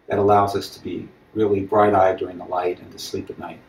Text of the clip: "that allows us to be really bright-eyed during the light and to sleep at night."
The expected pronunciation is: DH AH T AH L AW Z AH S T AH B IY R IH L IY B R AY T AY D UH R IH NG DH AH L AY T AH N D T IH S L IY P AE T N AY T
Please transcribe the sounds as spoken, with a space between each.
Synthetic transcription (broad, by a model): DH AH T AH L AW Z AH S T AH B IY R IH L IY B R AY T AY D UH R IH NG DH AH L AY T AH N T IH S L IY P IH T N AY T